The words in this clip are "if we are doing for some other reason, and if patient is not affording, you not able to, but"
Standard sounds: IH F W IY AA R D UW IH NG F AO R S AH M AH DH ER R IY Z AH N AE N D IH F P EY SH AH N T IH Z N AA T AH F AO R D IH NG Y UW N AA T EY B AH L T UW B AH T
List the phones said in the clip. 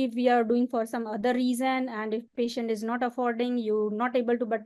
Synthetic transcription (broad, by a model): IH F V IY AA R D UW IH NG F AO R S AH M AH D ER R IY Z AH N AE N D IH F P EY SH AH N T IH Z N AA T AH F AO R D IH NG Y UW N AA T EY B AH L T UW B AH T